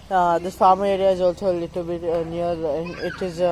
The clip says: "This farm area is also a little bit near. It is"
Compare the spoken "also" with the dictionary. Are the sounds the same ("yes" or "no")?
yes